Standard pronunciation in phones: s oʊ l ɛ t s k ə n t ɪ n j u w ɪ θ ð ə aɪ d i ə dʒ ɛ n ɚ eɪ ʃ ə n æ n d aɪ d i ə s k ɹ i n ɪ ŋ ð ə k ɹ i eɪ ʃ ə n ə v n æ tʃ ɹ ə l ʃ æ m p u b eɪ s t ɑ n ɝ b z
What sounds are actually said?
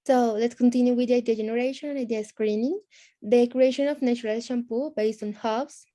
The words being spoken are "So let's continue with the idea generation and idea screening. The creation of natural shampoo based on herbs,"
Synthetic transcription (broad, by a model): s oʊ l ɛ t s k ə n t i n j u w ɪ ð aɪ d i ə dʒ ɛ n ɚ eɪ ʃ ə n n aɪ d i ə s k ɹ i n ɪ ŋ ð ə k ɹ i eɪ ʃ ə n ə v n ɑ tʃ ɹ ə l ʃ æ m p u b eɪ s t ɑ n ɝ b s